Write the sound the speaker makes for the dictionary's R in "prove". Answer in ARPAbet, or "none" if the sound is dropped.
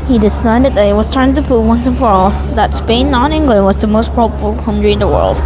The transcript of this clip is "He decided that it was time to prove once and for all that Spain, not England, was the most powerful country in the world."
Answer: none